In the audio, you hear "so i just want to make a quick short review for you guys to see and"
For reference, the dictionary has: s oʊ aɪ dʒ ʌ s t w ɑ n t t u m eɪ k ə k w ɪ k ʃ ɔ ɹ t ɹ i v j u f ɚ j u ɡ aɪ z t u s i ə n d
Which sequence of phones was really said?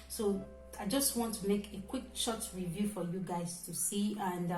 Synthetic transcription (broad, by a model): s oʊ aɪ dʒ ʌ s t w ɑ n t t u m eɪ k ə k w ɪ k ʃ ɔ t ɹ i v j u f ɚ j u ɡ aɪ z t u s i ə n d